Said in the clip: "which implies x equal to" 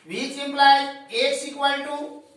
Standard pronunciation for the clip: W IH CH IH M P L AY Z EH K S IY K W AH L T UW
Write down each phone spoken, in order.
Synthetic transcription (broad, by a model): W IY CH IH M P L AY EH K S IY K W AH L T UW